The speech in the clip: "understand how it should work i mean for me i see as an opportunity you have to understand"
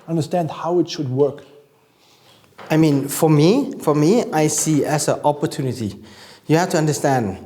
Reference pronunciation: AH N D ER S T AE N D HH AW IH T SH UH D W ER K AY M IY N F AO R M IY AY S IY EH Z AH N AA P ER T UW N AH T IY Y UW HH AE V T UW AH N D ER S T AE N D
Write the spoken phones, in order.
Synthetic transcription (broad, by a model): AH N D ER S T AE N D HH AW IH T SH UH D W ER K AY M IY N F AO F M IY AY S IY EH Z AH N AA P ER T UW N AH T IY Y UW HH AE F T UW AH N D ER S T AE N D